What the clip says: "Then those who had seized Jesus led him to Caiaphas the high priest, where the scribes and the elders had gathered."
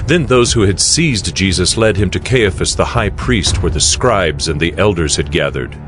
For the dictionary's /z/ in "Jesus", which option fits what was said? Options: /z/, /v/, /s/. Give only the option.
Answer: /z/